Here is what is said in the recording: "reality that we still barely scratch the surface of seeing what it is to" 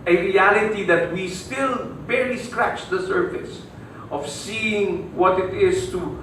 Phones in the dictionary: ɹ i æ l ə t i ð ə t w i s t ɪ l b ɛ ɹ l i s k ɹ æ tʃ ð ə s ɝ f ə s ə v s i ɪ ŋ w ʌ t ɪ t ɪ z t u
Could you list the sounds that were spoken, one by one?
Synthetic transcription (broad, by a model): ɹ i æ l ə t i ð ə t w i s t ɪ l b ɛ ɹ i s k ɹ æ tʃ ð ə s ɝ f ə s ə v s i ɪ ŋ w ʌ t ɪ t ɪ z t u